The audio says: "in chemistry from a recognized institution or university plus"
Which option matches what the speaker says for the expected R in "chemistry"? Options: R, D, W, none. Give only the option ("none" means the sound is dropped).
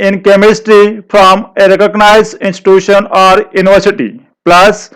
R